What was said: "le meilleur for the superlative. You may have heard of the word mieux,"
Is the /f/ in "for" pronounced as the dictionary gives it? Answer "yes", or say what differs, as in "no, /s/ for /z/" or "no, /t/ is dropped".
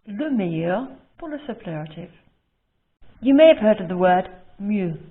no, /p/ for /f/